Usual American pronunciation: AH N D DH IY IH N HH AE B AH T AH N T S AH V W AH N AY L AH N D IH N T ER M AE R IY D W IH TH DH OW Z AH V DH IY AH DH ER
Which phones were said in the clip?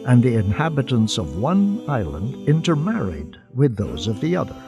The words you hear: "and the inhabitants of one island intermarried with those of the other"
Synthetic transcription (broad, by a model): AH N DH IY IH N HH AE B AH T AH N T S AH V W AH N AY L AH N D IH N T ER M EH R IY D W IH DH OW Z AH V DH IY AH DH ER